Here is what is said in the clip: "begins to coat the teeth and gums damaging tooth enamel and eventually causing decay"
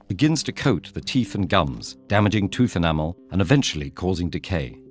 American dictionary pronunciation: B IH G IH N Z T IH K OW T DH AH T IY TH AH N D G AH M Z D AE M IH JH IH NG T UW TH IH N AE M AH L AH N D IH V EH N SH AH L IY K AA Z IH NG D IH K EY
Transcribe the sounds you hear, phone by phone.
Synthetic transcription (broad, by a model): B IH G IH N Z T IH K OW T DH AH T IY TH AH N G AH M Z D AE M IH JH IH NG T UW TH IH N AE M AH L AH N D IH V EH N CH L IY K AA Z IH NG D IH K EY